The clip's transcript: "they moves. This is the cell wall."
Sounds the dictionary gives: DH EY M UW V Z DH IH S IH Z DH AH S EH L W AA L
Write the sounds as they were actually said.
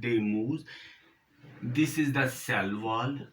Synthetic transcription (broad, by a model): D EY M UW Z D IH S IH Z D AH S EH L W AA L